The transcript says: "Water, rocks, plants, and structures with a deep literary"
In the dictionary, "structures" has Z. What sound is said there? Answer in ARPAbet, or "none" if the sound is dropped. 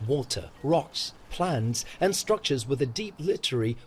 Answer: Z